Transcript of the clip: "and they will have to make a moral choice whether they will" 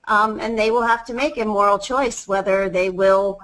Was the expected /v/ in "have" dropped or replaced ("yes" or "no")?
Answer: yes